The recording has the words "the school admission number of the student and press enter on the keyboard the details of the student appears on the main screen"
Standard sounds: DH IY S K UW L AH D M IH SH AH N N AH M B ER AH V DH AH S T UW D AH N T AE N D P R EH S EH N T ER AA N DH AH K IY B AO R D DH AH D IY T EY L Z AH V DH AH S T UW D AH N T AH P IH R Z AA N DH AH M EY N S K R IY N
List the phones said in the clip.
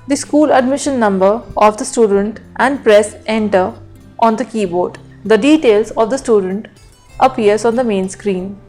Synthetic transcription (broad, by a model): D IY S K UW L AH D M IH SH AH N N AH M B ER AH V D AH S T UW D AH N T AE N D P R EH S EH N T ER AA N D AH K IY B AO R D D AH D IY T EY L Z AH V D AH S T UW D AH N T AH P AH R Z AA N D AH M EY N S K R IY N